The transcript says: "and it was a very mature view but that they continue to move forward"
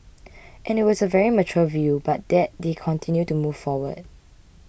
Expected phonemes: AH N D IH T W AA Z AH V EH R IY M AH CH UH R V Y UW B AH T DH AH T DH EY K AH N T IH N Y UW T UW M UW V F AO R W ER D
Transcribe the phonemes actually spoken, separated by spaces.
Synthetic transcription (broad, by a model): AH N IH T W AA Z AH V EH R IY M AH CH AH L V Y UW B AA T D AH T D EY K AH N T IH N Y UW T UW M UW V F AO W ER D